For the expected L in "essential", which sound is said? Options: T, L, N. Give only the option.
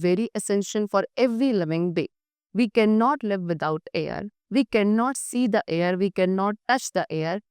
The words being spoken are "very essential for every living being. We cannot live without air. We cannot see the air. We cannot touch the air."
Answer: N